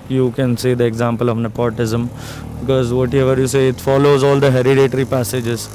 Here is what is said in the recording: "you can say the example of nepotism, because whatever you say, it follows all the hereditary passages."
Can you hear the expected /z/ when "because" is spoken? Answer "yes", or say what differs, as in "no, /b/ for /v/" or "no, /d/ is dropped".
yes